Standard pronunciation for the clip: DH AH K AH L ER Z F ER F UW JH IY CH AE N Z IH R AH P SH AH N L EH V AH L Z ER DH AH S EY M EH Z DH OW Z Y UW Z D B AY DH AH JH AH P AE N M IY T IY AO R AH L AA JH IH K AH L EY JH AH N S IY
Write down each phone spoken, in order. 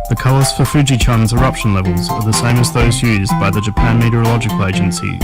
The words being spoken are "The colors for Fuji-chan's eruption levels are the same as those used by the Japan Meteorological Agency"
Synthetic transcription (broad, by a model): DH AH K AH L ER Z F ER F UW JH IY CH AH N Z IH R AH P SH AH N L EH V AH L Z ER DH AH S EY M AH Z DH OW Z Y UW Z B AY DH AH JH AH P AE N M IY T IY R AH L AA JH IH K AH L EY JH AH N S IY